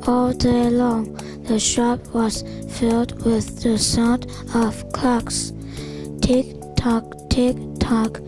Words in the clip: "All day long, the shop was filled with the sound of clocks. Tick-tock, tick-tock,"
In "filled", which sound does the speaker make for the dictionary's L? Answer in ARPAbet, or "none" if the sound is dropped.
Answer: L